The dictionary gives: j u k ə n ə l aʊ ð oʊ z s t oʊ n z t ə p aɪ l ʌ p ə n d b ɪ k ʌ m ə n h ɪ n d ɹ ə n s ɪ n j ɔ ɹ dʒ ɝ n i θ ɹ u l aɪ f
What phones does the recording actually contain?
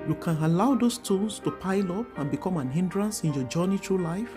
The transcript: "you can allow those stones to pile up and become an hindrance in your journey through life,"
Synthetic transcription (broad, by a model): j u k ə n ə l aʊ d oʊ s t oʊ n s t ə p aɪ l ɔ p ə n b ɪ k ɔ m ə n h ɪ n d ɹ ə n s ɪ n j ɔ dʒ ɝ n i t ɹ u l aɪ f